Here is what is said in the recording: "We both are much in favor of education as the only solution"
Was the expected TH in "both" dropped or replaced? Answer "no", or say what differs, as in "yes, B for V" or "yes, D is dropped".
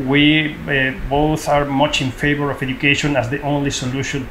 no